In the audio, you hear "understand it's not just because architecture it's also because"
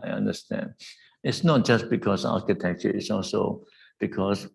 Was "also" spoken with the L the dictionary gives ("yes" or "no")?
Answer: yes